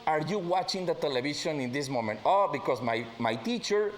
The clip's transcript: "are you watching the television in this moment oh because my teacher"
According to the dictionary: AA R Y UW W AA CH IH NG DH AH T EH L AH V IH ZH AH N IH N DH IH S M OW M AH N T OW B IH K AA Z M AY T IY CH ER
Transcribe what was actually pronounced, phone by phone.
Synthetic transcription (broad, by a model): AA R Y UW W AA CH IH NG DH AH T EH L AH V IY SH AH N IH N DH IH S M OW M AH N T OW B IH K AA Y M AY T IY CH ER